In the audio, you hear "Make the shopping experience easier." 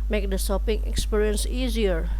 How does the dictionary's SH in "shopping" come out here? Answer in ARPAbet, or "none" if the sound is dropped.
S